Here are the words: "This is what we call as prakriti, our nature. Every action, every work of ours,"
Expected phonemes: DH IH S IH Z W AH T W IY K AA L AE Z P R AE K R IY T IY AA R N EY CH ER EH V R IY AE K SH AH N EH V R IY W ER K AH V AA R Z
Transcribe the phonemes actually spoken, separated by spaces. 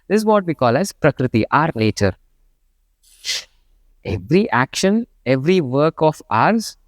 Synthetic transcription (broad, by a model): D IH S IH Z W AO T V IY K AA L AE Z P R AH K R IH T IY AA R L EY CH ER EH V R IY AE K SH AH N EH V R IY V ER K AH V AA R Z